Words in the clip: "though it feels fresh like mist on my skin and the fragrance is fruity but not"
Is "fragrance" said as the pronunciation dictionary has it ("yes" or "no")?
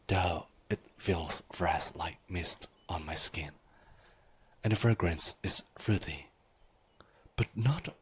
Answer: yes